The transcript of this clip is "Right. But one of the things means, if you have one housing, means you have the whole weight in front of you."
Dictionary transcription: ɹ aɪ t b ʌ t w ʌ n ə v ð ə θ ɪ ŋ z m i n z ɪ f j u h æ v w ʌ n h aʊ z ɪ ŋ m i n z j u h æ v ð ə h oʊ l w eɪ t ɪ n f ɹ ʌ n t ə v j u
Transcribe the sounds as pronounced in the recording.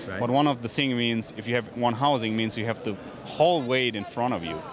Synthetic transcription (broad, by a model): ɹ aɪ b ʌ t w ʌ n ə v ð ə s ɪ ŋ m i n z ɪ f j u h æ v w ʌ n h aʊ z ɪ ŋ m i n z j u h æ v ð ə h oʊ l w eɪ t ɪ n f ɹ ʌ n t ə v j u